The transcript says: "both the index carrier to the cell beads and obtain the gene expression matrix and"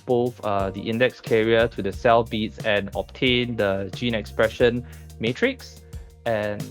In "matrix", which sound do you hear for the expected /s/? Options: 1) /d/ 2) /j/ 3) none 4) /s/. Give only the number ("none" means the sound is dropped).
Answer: 4